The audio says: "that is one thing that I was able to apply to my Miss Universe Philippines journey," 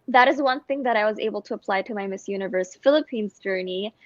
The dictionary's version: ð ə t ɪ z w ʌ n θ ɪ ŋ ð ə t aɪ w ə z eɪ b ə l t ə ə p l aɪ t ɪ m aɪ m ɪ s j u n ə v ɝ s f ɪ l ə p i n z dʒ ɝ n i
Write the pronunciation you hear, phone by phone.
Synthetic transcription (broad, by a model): ð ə t ɪ z w ʌ n θ ɪ ŋ ð ə t aɪ w ə z eɪ b l t ə ə p l aɪ t ɪ m aɪ m ɪ s j u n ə v ɝ s f ɪ l ə p i n z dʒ ɝ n i